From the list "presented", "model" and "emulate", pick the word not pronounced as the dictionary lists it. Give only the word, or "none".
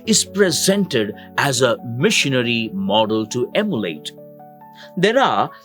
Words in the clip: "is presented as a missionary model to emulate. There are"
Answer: none